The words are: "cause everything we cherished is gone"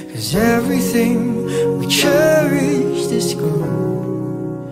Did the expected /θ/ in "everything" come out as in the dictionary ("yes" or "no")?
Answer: yes